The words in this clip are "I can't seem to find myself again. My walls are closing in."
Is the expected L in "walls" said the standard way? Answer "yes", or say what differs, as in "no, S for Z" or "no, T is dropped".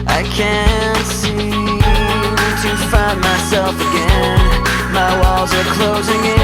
yes